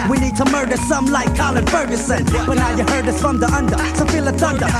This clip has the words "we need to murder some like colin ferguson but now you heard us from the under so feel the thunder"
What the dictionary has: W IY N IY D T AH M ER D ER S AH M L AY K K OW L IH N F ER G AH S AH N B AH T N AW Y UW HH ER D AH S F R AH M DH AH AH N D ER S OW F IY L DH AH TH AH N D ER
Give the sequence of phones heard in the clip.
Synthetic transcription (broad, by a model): W IY N IY D T AH M ER D ER S AH M L AY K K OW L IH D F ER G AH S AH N B AH T N AW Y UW HH ER D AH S F R AH M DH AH AH N D ER S OW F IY L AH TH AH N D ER